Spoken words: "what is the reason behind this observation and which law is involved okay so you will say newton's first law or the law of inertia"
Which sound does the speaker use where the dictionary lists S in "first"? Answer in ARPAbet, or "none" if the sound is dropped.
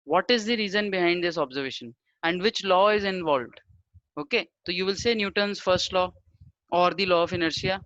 S